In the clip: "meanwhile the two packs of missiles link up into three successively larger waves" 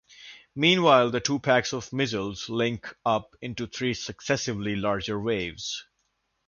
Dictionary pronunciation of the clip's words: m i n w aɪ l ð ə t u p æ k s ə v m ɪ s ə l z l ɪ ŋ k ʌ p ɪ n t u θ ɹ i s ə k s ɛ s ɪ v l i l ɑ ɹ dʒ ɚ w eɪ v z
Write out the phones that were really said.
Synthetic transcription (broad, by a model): m i n w aɪ l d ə t u p æ k s ə v m ɪ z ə l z l ɪ ŋ k ʌ p ɪ n t u t ɹ i s ə k s ɛ s ɪ v l i l ɑ ɹ dʒ ɚ w eɪ v z